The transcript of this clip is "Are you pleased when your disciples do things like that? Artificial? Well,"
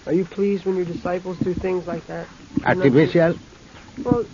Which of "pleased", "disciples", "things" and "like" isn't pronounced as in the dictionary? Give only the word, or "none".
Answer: none